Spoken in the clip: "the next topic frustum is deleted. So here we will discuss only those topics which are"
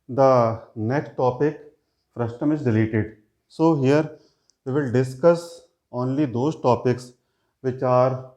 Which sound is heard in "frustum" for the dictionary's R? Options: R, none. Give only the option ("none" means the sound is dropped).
R